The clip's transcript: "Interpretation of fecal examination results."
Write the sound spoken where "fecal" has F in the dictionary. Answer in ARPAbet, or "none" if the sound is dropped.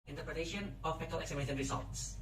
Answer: P